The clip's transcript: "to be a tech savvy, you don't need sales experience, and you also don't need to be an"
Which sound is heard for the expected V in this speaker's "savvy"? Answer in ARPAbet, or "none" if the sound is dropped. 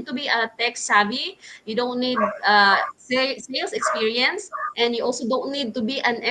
B